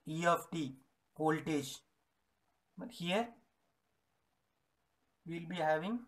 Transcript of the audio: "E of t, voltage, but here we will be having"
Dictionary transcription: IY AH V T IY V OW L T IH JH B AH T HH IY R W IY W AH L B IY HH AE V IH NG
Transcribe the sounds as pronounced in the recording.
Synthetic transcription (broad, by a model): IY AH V T IY P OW L T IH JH B AH T HH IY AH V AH L B IY HH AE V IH NG